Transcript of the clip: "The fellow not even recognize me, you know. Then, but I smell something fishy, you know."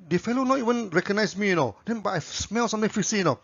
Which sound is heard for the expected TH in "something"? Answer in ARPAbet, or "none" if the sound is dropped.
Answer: T